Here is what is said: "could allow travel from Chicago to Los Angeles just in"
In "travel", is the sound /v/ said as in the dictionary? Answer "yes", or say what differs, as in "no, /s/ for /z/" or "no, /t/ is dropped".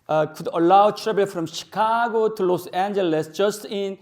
no, /b/ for /v/